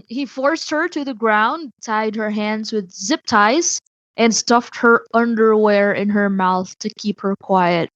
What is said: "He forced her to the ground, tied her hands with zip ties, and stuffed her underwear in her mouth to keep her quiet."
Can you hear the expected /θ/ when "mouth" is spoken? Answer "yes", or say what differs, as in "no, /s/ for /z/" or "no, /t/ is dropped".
yes